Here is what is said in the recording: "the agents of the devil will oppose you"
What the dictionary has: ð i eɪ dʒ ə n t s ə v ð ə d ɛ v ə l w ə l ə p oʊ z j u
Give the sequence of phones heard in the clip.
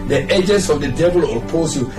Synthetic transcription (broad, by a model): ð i eɪ dʒ ə n t s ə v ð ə d ɛ v ə l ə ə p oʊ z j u